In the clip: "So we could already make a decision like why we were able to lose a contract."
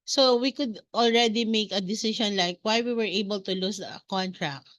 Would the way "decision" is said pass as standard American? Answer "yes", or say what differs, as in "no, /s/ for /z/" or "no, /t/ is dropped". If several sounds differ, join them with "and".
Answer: no, /ʃ/ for /ʒ/